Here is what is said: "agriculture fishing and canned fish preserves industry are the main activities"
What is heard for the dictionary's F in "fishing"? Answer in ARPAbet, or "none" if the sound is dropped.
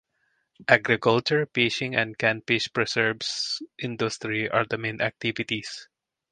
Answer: P